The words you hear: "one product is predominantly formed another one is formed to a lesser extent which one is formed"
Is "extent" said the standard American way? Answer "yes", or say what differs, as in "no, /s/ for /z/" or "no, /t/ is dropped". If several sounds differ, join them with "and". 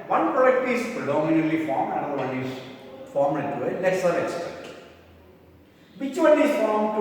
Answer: no, /n/ is dropped